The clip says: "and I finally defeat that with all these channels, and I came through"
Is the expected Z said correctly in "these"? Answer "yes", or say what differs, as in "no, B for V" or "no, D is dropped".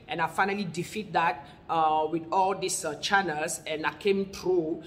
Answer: no, S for Z